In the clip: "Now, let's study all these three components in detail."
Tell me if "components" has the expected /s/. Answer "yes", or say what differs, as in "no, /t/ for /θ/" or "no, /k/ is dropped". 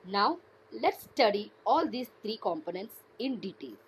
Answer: yes